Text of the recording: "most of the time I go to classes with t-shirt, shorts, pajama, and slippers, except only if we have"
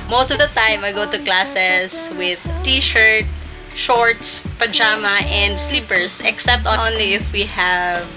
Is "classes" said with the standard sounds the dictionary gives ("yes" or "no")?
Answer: no